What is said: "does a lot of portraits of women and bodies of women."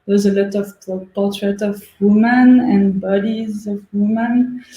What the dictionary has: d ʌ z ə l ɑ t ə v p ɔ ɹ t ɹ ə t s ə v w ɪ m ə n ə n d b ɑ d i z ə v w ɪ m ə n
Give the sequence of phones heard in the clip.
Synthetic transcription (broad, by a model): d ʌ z ə l ɑ t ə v p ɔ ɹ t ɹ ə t ə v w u m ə n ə n b ɑ d i z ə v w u m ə n